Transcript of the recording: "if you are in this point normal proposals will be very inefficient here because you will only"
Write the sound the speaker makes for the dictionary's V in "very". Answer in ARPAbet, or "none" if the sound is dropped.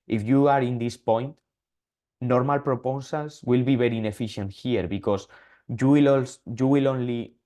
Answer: B